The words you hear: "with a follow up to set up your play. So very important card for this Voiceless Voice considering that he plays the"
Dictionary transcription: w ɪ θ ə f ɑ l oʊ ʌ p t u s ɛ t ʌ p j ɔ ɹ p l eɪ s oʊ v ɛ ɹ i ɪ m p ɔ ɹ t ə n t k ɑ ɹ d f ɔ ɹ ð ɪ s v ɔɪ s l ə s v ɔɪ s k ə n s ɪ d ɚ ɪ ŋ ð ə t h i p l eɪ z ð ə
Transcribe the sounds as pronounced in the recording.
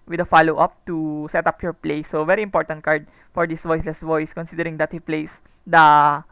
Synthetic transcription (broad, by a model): w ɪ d ə f ɑ l oʊ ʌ p t u s ɛ t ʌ p j ɔ ɹ p l eɪ s oʊ v ɛ ɹ i ɪ m p ɔ ɹ t ə n t k ɑ ɹ d f ɔ ɹ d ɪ s v ɔɪ s l ə s v ɔɪ s k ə n s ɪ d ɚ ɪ ŋ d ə t h i p l eɪ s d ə